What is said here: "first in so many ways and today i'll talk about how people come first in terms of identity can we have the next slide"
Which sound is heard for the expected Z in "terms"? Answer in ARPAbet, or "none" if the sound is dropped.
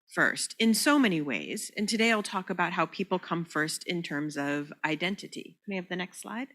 Z